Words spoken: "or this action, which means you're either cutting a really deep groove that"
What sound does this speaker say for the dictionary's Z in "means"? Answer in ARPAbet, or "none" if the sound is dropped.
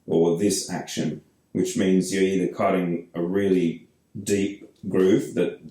Z